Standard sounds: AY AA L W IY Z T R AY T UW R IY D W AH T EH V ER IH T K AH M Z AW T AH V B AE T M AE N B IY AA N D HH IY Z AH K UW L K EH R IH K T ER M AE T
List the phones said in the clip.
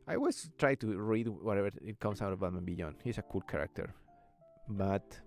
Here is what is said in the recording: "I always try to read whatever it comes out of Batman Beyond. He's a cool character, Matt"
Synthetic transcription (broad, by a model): AY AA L W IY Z T R AY T UW R IY D W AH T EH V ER IH T K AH M S AW T AH V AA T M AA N B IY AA N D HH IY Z AH K UW L K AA R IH K T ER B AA T